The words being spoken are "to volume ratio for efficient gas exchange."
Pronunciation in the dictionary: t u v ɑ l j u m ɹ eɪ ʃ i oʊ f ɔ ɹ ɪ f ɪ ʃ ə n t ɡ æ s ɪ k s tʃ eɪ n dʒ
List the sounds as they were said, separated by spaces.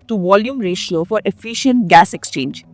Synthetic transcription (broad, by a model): t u v ɑ l j u m ɹ eɪ ʃ i oʊ f ɔ ɹ ɪ f ɪ ʃ ə n t ɡ æ s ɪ k s tʃ eɪ n dʒ